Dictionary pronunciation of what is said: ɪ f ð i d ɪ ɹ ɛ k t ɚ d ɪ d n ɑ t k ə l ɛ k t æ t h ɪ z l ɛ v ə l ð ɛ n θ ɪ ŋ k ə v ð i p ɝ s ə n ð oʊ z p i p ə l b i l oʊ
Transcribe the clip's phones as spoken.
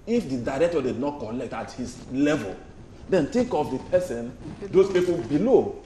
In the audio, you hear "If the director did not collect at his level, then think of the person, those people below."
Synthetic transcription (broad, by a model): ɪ f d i d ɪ ɹ ɛ k t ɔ d ɪ d n ɑ t k ə l ɛ k t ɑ t h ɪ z l ɛ v ə l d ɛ n t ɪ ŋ k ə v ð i p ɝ s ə n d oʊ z p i p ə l b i l oʊ